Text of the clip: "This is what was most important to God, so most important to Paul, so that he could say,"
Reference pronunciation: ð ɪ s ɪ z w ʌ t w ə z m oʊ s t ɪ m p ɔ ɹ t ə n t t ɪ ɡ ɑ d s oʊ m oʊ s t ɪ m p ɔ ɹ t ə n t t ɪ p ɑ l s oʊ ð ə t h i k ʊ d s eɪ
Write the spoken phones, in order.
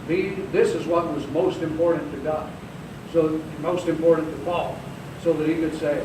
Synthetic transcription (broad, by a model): ð ɪ s ɪ z w ʌ t w ə z m oʊ s t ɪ m p ɔ ɹ t n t t ɪ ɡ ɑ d s oʊ m oʊ s t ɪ m p ɔ ɹ t n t t ɪ f ɑ l s oʊ ð ə t h i k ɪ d s eɪ